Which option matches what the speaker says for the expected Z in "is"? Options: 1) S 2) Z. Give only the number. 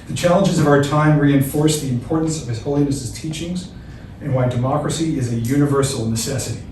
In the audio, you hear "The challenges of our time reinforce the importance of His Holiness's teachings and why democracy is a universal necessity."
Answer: 2